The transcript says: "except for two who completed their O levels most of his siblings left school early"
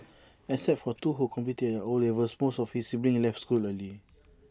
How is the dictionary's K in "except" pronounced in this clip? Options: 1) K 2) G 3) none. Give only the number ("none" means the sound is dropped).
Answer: 3